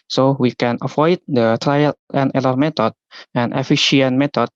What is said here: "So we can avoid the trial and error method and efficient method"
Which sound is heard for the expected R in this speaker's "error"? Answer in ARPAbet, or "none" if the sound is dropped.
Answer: L